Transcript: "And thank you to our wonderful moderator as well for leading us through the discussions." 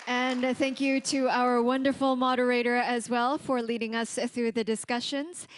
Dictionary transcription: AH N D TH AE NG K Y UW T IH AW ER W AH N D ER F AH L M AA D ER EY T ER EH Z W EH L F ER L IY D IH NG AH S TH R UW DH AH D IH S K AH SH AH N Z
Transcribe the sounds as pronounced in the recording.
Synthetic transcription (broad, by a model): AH N TH AE NG K Y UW T IH AW ER W AH N D ER F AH L M AA D ER EY T ER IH Z W EH L F ER L IY D IH NG AH S TH R UW DH AH D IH S K AH SH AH N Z